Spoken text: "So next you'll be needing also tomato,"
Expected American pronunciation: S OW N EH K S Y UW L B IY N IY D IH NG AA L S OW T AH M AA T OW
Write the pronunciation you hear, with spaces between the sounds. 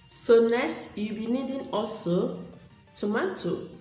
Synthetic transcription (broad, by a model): S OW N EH S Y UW B IY N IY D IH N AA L S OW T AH M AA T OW